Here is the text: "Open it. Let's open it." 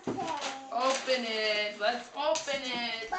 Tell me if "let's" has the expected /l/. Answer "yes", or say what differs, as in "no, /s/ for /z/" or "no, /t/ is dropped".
no, /w/ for /l/